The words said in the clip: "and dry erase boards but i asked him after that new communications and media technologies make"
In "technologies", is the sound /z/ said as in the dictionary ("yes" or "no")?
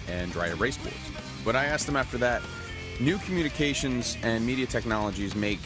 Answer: yes